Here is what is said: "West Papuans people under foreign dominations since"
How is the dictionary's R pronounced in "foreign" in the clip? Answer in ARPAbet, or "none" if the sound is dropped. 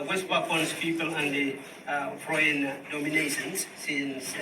none